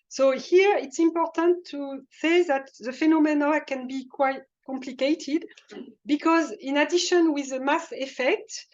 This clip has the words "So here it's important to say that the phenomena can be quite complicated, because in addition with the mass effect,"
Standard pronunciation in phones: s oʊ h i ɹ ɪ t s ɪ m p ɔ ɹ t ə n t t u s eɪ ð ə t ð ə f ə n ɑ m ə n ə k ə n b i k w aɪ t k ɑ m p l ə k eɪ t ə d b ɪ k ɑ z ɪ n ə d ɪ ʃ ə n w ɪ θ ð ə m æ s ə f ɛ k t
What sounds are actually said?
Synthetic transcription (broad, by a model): s oʊ h i ɹ ɪ t s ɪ m p ɔ ɹ t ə n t t u s eɪ ð ə t ð ə f ə n ɑ m ə n ə k ə n b i k w aɪ t k ɑ m p l ə k eɪ t ə d b ɪ k ɑ z ɪ n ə d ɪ ʃ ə n w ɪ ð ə m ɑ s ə f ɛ k t